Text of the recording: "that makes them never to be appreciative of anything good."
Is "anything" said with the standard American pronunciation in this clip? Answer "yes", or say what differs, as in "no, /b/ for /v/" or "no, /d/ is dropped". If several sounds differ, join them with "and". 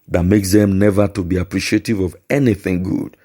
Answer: yes